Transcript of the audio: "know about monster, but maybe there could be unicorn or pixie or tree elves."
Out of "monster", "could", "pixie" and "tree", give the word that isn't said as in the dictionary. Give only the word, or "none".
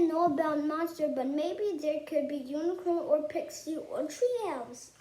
monster